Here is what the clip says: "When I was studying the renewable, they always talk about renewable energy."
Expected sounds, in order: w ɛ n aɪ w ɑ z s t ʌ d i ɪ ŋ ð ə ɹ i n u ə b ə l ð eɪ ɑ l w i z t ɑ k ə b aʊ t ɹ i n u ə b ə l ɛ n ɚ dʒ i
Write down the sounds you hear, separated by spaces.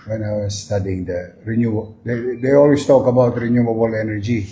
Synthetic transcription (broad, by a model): w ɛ n aɪ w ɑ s t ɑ d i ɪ ŋ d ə ɹ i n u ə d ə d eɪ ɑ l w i s t ɑ k ə b aʊ t ɹ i n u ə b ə l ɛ n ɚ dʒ i